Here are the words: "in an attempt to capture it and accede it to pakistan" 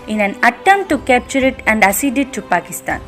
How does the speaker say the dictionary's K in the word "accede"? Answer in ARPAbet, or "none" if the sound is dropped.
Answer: none